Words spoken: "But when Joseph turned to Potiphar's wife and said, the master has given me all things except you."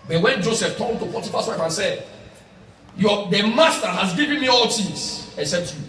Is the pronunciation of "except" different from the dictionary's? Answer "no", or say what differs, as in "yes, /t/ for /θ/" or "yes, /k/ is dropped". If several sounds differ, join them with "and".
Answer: yes, /k/ is dropped and /p/ is dropped